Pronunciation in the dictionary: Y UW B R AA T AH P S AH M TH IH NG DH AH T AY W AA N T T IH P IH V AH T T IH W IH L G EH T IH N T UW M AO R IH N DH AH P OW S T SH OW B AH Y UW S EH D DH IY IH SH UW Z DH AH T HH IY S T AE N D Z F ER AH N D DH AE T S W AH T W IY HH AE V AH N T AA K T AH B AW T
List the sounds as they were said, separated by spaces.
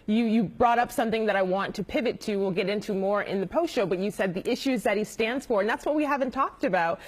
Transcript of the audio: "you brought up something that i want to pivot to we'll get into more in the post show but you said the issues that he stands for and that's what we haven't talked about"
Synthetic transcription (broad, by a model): Y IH B R AA T AH P S AH M TH IH NG DH AH T AY W AA N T T IH P IH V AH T T IH W IH L G EH T IH N T UW M AO R IH N DH AH P OW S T SH OW B AH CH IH S EH D DH IY IH SH UW Z DH AH T HH IY S T AE N D Z F ER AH N DH AE T S W AH T W IY HH AE V AH N T AA K T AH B AW T